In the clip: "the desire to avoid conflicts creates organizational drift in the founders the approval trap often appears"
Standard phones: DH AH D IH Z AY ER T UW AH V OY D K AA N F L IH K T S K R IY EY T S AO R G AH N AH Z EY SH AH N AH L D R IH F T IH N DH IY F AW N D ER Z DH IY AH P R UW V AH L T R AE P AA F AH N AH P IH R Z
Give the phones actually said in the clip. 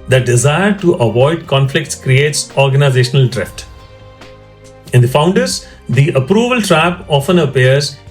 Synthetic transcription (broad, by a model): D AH D IH Z AY ER T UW AH V OY D K AA N F L IH K T S K R IY EY T S AO R G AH N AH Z EY SH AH N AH L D R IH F T IH N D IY F AW N D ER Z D IY AH P R UW V AH L T R AE P AA F AH N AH P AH R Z